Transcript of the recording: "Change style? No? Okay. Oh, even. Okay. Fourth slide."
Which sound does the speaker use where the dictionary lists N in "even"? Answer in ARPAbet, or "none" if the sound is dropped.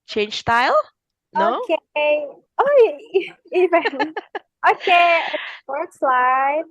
L